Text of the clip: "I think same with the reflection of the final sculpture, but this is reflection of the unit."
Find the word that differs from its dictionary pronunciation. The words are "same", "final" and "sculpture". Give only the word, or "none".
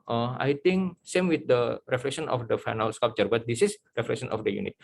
sculpture